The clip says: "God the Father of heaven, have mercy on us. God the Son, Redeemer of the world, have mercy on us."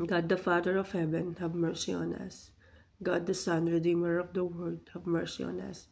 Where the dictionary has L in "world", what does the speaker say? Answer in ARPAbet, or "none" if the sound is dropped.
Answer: none